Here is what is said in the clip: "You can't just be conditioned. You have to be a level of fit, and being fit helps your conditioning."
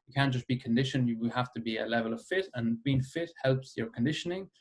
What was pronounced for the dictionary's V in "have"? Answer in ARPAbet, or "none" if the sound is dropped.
F